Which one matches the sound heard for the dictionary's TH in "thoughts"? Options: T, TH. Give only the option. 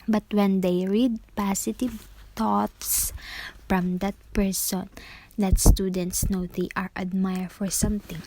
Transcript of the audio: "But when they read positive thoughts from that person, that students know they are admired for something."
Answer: T